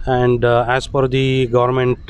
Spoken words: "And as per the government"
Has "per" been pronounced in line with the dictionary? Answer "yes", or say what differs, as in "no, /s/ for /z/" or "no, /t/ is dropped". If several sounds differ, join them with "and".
no, /f/ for /p/